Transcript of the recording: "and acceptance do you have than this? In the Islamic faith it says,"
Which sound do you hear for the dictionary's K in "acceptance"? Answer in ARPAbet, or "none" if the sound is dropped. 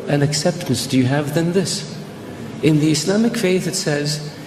K